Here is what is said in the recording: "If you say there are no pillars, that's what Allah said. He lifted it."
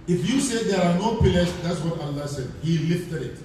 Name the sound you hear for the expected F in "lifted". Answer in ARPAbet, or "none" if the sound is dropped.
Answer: F